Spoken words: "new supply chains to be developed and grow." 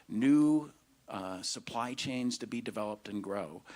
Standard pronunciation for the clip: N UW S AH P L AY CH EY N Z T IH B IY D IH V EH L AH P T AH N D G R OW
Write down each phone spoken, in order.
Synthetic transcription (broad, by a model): N UW S AH P L AY CH EY N Z T IH B IY D IH V EH L AH P T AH N G R OW